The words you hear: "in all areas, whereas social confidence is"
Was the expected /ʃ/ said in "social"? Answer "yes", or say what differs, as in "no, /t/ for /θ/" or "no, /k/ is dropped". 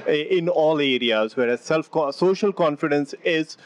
yes